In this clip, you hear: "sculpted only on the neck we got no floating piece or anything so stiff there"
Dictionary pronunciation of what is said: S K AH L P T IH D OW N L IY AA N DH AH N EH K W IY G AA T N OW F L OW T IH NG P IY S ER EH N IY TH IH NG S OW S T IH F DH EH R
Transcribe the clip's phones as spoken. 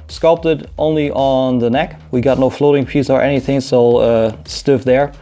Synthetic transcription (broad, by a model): S K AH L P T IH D OW N L IY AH N DH AH N EH K W IY G AA T N OW F L OW T IH NG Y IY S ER EH N IY TH IH NG S OW S T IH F DH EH R